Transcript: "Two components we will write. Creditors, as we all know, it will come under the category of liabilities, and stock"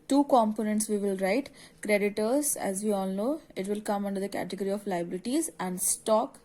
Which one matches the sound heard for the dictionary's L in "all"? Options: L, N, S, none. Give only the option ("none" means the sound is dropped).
N